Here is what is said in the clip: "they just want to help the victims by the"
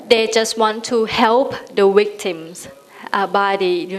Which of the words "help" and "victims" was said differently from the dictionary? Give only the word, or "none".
victims